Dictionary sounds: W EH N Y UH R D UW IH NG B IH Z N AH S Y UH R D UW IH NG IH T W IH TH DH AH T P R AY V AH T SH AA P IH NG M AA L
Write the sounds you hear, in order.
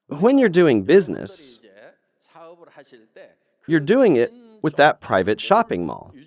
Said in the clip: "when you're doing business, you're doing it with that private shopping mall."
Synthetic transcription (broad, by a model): W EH N Y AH R D UW IH NG B IH Z N AH S Y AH R D UW IH NG IH T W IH DH AH T P R AY V AH T SH AA P IH NG M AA L